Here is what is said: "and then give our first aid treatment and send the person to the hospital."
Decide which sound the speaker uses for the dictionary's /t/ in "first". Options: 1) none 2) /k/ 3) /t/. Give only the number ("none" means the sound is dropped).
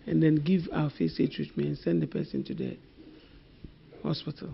1